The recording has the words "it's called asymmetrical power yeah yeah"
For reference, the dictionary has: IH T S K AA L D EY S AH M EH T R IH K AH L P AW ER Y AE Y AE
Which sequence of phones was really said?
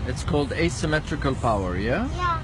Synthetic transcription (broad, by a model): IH T S K AA L D EY S AH M EH T R IH K AH L P AW ER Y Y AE